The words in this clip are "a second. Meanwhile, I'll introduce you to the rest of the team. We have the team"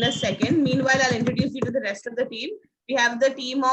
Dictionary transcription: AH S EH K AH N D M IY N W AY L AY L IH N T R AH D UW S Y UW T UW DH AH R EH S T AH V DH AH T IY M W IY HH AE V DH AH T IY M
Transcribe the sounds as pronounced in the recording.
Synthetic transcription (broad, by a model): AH S EH K AH N D M IY N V AY L AY L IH N T R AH D UW S Y UW T UW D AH R EH S T AH V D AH T IY M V IY HH AE V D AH T IY M